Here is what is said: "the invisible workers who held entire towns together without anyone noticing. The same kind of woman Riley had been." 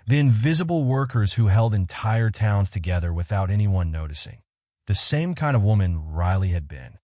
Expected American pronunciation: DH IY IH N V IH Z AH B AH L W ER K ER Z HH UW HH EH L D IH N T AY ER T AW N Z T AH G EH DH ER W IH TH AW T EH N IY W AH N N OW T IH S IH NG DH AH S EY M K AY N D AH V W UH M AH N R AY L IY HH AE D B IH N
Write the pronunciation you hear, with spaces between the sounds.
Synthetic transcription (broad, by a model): DH IY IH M V IH Z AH B L W ER K ER Z HH UW HH EH L D IH N T AY ER T AW N Z T AH G EH DH ER W IH TH AW T EH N IY W AH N N OW T IH S IH NG DH AH S EY M K AY N D AH V W UH M AH N R AY L IY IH D B IH N